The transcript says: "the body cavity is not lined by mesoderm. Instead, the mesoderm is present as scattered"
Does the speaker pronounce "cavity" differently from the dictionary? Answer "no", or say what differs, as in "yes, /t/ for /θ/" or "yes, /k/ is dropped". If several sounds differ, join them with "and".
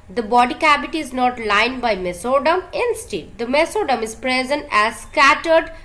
yes, /b/ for /v/